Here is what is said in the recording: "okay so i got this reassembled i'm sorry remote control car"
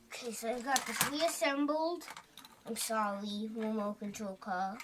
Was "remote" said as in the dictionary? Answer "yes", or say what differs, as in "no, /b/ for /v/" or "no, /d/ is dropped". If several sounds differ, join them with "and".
no, /w/ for /ɹ/